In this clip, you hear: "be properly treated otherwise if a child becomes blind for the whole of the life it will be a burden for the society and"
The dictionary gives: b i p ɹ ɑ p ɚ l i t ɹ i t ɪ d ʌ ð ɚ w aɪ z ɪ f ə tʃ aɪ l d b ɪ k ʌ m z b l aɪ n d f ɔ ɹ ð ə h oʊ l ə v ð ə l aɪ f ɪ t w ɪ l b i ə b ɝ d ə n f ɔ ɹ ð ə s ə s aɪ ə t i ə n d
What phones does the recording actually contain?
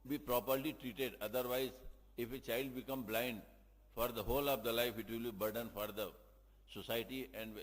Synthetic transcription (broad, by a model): b i p ɹ ɑ p ɚ l i t ɹ i t ɪ d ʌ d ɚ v aɪ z ɪ f ə tʃ aɪ l d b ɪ k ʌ m b l aɪ n d f ɔ ɹ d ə h oʊ l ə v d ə l aɪ f ɪ t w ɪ l b i b ɝ d ə n f ɔ ɹ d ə s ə s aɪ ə t i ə n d